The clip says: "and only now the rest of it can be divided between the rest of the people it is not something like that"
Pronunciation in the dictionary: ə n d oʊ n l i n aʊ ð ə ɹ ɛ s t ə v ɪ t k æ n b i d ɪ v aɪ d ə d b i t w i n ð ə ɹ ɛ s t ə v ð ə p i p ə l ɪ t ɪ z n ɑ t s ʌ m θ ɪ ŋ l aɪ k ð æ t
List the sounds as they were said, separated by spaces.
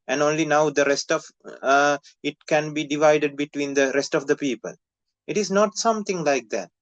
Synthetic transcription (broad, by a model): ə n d oʊ n l i n aʊ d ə ɹ ɛ s t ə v ɪ t k æ n b i d ɪ v aɪ d ə d b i t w i n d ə ɹ ɛ s t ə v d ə p i p ə l ɪ t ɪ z n ɑ t s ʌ m t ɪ ŋ l aɪ k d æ t